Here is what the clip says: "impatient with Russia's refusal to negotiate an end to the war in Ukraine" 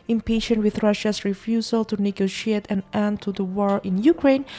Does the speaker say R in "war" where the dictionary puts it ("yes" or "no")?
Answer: yes